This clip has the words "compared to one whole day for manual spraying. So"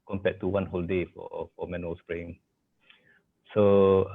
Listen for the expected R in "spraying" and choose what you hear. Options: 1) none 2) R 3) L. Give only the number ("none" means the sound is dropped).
2